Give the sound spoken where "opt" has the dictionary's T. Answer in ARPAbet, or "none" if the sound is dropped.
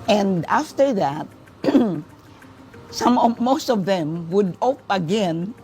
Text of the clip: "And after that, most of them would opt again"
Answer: none